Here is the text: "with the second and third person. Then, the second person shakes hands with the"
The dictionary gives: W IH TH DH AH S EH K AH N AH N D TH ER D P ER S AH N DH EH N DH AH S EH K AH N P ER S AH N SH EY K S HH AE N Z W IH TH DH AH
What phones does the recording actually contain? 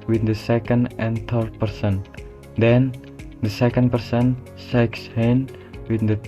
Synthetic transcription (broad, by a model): W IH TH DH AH S EH K AH N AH N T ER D P ER S AH N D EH N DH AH S EH K AH N P ER S AH N S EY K S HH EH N W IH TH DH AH